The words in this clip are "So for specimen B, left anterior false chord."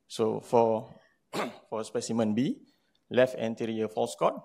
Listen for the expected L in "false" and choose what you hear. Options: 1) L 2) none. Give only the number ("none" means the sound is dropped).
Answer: 1